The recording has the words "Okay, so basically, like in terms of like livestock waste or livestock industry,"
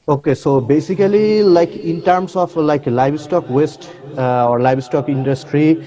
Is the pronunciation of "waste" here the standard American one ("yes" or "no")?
yes